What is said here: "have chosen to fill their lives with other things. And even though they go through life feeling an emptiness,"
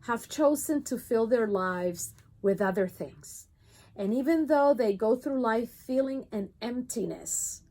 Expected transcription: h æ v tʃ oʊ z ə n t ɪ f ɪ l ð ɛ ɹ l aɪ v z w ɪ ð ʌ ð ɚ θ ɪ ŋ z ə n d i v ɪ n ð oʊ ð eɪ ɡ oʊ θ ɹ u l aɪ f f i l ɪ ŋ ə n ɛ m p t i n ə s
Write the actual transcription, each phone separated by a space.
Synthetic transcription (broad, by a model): h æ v tʃ oʊ z ə n t ɪ f ɪ l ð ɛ ɹ l aɪ v z w ɪ ð ʌ ð ɚ θ ɪ ŋ z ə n i v ɪ n ð oʊ ð eɪ ɡ oʊ θ ɹ u l aɪ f f i l ɪ ŋ ə n ɛ m p t i n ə s